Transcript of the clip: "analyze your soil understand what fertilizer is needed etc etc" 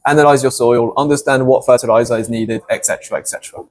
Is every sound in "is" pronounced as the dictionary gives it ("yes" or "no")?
yes